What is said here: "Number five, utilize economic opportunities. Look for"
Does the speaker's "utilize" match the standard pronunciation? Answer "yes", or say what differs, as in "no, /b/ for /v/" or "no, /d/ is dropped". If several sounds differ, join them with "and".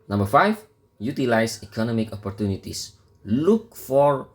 no, /s/ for /z/